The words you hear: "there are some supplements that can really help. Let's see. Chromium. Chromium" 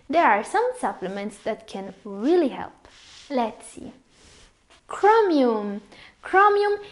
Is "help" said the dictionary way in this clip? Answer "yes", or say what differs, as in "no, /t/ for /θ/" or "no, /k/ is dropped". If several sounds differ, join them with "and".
yes